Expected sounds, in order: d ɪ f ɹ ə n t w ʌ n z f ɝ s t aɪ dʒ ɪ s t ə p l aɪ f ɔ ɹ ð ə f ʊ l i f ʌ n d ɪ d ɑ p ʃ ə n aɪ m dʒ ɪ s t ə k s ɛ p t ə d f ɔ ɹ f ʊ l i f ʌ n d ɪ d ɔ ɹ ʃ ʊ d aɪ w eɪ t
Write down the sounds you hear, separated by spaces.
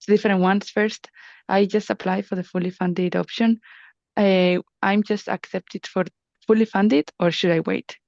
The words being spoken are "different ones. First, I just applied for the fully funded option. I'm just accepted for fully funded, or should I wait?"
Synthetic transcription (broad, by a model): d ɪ f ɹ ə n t w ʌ n s f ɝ s t aɪ dʒ ɪ s t ə p l aɪ f ɔ ɹ ð ə f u l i f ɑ n d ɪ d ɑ p ʃ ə n aɪ m dʒ ɪ s t ə k s ɛ p t ə d f ɔ ɹ f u l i f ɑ n d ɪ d ɔ ɹ ʃ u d aɪ w eɪ t